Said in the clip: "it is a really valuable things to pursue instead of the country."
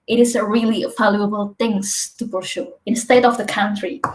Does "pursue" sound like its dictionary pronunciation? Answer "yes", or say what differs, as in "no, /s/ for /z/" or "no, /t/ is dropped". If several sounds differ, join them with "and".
no, /b/ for /p/ and /ʃ/ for /s/